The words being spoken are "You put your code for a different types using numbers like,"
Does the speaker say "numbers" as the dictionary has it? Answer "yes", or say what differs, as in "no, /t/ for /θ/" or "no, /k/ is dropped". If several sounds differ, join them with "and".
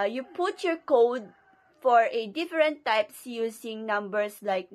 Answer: no, /s/ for /z/